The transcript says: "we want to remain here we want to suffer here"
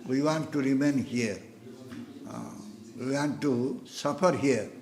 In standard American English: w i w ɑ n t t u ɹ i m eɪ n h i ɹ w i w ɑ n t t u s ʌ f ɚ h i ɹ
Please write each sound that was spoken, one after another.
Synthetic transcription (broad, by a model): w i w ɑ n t t u ɹ i m eɪ n h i ɹ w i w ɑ n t t u s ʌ p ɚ h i ɹ